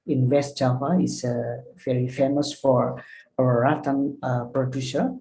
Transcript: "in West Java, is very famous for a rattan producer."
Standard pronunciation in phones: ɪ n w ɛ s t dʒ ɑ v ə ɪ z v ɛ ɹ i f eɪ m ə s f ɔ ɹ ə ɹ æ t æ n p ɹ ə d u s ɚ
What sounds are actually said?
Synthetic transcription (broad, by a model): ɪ n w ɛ s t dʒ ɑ p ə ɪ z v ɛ ɹ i f eɪ m ə s f ɔ ɹ ə w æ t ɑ n p ɹ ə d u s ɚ